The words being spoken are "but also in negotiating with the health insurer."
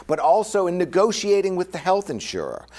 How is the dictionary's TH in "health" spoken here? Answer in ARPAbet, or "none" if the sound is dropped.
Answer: TH